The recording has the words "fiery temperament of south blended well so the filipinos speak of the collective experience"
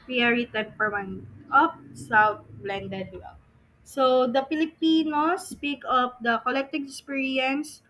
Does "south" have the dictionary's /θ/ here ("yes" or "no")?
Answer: no